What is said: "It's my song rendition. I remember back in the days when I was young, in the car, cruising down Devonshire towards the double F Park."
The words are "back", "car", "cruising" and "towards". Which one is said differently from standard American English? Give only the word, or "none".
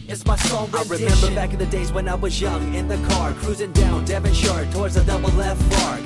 none